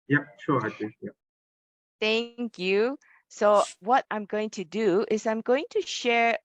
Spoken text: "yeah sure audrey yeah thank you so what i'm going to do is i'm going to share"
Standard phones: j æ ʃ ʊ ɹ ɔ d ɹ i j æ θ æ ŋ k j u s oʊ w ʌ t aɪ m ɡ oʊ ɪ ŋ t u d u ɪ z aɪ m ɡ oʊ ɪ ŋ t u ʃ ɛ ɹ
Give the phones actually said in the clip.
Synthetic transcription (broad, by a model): j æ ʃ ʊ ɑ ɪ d i j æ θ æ ŋ k j u s oʊ w ʌ t aɪ m ɡ oʊ ɪ ŋ t u d u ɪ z aɪ m ɡ oʊ ɪ ŋ t u ʃ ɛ ɹ